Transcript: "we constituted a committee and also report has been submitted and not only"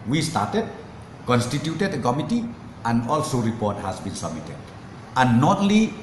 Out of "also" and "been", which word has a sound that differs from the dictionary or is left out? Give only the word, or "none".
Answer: none